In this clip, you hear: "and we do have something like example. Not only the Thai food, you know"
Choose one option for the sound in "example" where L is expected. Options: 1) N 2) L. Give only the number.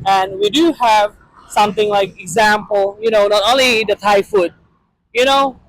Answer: 1